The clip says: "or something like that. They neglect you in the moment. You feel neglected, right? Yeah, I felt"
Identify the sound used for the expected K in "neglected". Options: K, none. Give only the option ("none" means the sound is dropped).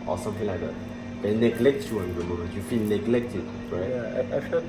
K